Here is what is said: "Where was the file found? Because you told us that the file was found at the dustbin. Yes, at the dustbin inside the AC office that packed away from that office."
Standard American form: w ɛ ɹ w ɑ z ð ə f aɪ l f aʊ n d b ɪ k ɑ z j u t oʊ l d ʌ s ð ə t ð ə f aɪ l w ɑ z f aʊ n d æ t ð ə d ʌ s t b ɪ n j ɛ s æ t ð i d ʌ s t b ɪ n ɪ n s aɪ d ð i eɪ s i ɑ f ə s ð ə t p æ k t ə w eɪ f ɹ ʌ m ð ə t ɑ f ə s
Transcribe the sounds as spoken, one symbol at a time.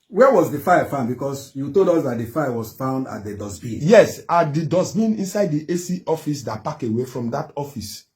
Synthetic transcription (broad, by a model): w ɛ w ɑ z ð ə f aɪ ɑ f aʊ n d b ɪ k ɑ s j u t oʊ l d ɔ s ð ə t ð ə f aɪ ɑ w ɑ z f aʊ n d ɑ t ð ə d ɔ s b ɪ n j ɛ s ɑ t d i d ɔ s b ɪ n ɪ n s aɪ d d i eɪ s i ɑ f ə s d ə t p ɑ k ə w eɪ f ɹ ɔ m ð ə t ɑ f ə s